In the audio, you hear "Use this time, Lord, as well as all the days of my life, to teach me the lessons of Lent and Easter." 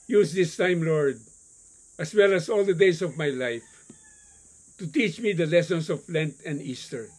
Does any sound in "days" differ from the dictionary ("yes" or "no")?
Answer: yes